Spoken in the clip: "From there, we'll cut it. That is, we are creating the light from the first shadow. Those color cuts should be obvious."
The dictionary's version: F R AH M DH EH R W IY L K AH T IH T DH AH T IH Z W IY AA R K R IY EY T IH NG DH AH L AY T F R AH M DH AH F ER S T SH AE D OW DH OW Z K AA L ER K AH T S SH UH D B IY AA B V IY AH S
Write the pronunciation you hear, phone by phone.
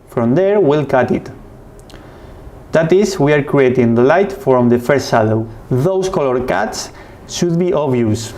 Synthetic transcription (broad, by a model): F R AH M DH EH R W IY L K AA T IH T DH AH T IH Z W IY AA R K R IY EY T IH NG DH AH L AY T F R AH M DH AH F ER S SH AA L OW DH OW S K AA L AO K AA T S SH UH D B IY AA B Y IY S